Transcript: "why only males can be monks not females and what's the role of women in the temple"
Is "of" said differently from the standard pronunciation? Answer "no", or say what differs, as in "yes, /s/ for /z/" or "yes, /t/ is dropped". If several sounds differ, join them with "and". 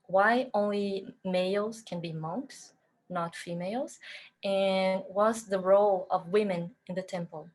no